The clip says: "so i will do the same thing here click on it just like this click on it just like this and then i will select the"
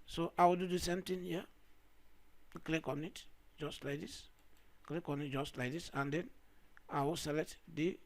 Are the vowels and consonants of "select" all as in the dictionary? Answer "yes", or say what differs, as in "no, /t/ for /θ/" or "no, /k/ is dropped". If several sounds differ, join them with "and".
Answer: no, /k/ is dropped